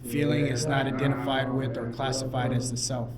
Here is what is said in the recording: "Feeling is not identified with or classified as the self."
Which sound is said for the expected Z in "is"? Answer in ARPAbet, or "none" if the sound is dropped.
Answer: Z